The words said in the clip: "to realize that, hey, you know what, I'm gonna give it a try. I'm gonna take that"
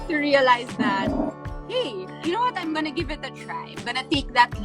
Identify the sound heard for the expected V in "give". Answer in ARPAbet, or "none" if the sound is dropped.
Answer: V